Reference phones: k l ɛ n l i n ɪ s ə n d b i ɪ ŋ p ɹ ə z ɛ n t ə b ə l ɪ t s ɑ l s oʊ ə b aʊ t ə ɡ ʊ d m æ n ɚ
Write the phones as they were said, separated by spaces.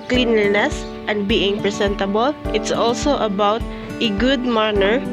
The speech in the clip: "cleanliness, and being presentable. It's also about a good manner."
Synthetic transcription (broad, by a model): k l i n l n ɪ s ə n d b i ɪ ŋ p ɹ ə s ɛ n t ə b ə l ɪ t s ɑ l s oʊ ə b aʊ t ə ɡ ʊ d m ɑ n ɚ